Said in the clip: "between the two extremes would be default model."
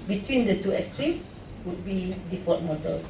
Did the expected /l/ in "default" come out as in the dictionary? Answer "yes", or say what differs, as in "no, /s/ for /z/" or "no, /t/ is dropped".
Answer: no, /l/ is dropped